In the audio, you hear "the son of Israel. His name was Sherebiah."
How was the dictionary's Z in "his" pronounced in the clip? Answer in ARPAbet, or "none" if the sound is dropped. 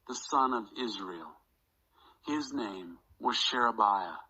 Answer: Z